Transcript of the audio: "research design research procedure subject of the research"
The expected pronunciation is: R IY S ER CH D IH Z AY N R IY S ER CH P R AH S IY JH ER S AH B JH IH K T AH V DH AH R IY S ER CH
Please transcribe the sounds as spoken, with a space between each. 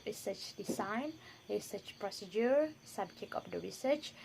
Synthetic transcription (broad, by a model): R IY S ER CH D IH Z AY N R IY S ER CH P R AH S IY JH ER S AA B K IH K AH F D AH R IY S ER CH